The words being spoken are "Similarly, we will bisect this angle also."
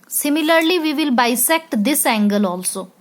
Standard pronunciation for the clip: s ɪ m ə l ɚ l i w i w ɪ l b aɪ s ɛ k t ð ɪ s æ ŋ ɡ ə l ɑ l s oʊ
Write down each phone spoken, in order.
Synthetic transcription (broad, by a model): s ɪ m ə l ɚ l i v i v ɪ l b aɪ s ɛ k t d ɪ s æ ŋ ɡ ə l ɑ l s oʊ